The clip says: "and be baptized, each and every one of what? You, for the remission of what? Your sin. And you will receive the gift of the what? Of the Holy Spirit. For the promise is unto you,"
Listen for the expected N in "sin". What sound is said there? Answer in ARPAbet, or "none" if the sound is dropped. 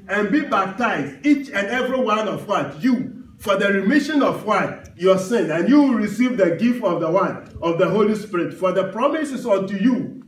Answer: N